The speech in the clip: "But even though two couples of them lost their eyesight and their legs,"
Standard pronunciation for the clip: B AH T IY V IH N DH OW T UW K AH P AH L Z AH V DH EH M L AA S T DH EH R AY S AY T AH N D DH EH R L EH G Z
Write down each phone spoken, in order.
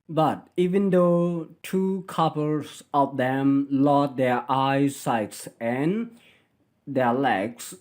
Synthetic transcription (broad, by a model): B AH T IY V IH N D OW T UW K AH P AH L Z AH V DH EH M L AA T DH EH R AY S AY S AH N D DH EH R L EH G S